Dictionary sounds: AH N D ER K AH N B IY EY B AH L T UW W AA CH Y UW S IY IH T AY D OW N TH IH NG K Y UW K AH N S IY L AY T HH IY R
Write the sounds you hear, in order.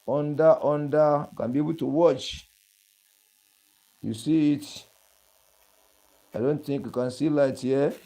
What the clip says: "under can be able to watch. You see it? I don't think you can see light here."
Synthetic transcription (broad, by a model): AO N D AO K AH N B IY EY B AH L T UW W AA CH Y UW S IY IH T AY D OW N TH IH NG K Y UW K AH N S IY L AY T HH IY